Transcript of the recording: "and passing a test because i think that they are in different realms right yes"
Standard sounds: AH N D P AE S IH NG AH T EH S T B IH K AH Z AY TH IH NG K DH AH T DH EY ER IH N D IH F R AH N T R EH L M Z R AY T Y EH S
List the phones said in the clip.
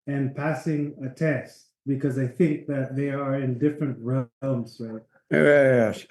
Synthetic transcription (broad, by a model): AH N P AE S IH NG AH T EH S T B IH K AH Z AY TH IH NG K DH AH T DH EY ER IH N D IH F R AH N T R EH L M Z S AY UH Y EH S